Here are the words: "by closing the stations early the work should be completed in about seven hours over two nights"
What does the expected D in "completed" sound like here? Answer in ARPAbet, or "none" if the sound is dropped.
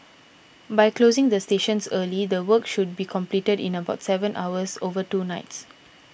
D